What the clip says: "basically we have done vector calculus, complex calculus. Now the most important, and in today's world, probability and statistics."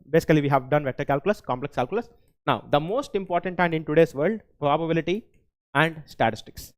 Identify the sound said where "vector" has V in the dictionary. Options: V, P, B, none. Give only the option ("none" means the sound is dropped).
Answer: V